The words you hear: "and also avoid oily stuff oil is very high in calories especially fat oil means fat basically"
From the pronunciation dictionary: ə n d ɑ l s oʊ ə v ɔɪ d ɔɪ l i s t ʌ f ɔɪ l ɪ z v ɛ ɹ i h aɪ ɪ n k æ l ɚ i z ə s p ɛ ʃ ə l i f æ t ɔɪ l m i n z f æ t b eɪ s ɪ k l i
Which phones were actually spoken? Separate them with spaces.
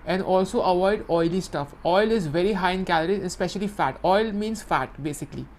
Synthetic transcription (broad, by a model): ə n d ɑ l s oʊ ə v ɔɪ d ɔɪ l i s t ʌ f ɔɪ l ɪ z v ɛ ɹ i h aɪ ɪ n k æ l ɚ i ə s p ɛ ʃ ə l i f æ t ɔɪ l m i n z f æ t b eɪ s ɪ k l i